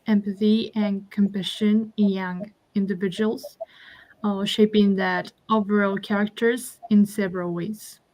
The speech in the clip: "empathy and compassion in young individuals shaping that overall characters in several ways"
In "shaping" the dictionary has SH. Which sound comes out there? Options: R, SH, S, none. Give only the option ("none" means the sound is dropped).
SH